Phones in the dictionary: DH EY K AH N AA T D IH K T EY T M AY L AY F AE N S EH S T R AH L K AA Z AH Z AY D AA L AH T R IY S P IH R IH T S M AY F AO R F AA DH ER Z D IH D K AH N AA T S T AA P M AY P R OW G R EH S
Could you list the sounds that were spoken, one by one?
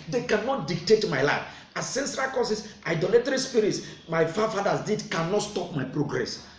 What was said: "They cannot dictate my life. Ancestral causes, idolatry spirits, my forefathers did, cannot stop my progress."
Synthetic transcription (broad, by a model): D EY K AH N AA T D IH K T EY T M AY L AY F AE S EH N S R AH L K AA S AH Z AY D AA L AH T R IY S P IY R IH T S M AY F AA F AA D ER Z D IH D K AH N AA T S T AA P M AY P R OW G R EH S